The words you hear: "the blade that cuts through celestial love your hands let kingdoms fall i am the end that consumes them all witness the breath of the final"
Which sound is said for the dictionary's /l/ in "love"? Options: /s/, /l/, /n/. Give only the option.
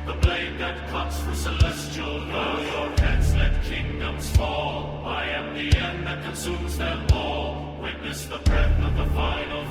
/n/